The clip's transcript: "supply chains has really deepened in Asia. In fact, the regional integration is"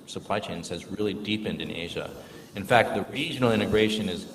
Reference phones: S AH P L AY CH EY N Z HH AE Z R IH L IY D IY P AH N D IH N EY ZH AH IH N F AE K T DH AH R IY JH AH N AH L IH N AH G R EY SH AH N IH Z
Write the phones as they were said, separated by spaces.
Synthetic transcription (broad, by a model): S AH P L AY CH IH N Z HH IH Z R IH L IY D IY P AH N D IH N EY ZH AH IH N F AE K T DH AH R IY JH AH N L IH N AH G R EY SH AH N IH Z